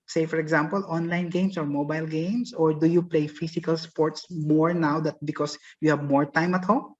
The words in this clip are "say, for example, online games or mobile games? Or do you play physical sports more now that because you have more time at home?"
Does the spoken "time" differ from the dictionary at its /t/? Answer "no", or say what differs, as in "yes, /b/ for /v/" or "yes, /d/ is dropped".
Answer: no